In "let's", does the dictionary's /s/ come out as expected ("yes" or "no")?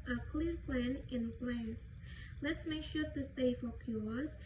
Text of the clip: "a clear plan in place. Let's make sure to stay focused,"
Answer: yes